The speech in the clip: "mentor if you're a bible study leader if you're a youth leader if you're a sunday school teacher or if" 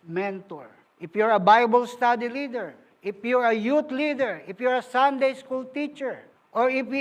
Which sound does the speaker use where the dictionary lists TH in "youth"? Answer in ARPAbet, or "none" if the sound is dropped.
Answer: T